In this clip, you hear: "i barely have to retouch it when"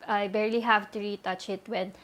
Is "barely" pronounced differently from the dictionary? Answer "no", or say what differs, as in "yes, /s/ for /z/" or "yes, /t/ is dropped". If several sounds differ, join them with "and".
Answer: no